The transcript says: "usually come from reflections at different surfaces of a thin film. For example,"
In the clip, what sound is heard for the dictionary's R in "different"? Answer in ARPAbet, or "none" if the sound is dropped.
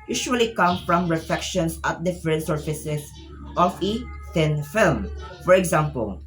none